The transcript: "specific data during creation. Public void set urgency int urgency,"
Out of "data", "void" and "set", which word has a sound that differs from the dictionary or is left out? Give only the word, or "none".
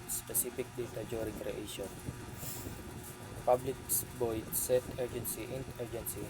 void